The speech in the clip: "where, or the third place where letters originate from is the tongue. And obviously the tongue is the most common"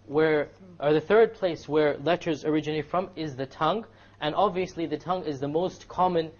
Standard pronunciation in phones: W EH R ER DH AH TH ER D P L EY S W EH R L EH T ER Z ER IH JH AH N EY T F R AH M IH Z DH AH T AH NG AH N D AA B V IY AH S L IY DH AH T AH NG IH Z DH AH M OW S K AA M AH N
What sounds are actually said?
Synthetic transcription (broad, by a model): W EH R ER DH AH TH ER D P L EY S W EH R L EH T ER Z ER IH JH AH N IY F R AH M IH Z DH AH T AH NG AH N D AA B V IY AH S L IY DH AH T AH NG IH Z DH AH M OW S K AA M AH N